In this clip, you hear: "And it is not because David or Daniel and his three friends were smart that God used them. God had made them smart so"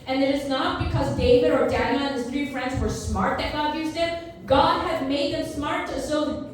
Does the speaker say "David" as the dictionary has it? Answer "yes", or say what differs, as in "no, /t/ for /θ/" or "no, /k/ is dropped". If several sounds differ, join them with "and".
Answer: yes